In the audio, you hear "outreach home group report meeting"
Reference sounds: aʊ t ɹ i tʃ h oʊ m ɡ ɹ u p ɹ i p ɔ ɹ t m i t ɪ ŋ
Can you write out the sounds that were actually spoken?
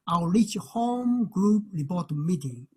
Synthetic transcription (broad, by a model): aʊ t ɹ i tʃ h oʊ m ɡ ɹ u p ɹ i b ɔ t m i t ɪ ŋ